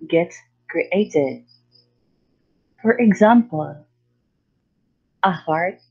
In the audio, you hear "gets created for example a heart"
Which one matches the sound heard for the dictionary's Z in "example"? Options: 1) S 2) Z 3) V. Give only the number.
2